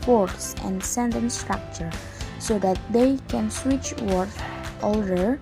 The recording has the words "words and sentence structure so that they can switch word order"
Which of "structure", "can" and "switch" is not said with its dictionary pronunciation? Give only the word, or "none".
none